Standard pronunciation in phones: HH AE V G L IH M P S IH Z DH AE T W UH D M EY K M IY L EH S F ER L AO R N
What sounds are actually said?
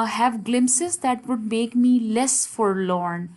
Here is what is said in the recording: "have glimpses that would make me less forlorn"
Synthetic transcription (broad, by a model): HH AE V G L IH M S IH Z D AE T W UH D M EY K M IY L EH S F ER L AO R N